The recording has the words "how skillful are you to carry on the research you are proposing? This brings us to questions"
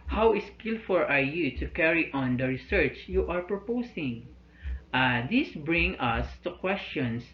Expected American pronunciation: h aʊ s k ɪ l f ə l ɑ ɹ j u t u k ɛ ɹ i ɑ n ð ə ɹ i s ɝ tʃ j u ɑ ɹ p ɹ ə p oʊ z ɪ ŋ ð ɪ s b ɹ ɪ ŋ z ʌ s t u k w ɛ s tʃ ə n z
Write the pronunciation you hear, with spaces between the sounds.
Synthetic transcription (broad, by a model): h aʊ s k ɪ l f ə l ɑ ɹ j u t u k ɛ ɹ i ɑ n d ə ɹ i s ɝ tʃ j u ɑ ɹ p ɹ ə p oʊ s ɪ ŋ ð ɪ s b ɹ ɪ ŋ ʌ s t u k w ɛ s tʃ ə n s